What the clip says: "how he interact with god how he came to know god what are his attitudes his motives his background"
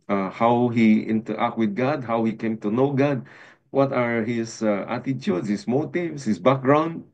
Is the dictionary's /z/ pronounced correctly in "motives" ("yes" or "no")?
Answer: no